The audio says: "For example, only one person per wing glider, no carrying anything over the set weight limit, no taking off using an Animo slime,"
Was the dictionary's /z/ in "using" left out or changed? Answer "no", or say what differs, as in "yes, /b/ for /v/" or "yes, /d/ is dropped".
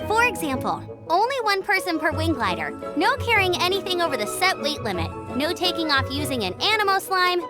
no